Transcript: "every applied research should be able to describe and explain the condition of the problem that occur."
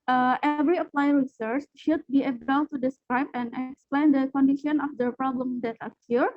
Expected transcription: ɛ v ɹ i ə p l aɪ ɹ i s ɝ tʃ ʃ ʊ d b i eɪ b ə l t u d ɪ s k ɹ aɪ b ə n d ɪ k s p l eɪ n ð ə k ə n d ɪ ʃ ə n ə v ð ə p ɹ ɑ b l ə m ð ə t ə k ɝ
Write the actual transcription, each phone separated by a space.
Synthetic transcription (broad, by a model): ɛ v ɹ i ə p l aɪ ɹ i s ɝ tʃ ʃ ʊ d b i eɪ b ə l t u d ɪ s k ɹ aɪ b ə n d ɪ k s p l eɪ n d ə k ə n d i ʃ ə n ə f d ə p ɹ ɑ b l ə m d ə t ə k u